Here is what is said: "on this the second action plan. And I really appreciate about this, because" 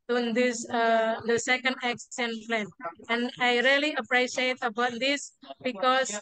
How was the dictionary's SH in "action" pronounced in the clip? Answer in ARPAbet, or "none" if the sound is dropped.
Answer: S